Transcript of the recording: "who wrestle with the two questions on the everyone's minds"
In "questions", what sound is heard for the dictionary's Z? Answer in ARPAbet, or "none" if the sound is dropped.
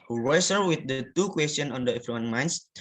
none